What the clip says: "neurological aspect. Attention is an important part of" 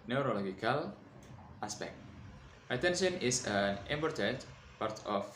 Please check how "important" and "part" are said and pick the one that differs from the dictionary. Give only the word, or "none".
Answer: important